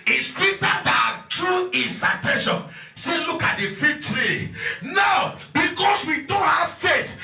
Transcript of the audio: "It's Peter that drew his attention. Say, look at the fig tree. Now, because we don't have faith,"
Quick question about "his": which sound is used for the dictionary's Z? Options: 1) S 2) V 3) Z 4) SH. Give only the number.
1